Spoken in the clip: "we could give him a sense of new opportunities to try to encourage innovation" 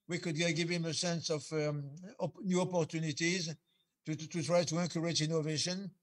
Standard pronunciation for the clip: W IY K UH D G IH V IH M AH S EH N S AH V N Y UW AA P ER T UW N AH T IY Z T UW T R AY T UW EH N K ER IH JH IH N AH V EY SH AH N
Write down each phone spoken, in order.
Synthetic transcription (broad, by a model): W IY K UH D G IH V IH M AH S EH N S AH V N Y UW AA P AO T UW N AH T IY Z T UW T R AY T UW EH K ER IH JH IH N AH V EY SH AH N